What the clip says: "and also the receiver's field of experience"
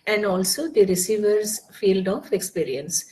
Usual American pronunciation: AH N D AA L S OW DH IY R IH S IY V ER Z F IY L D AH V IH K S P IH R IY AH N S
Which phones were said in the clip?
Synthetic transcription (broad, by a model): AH N D AA L S OW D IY R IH S IY V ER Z F IY L D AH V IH K S P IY R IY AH N S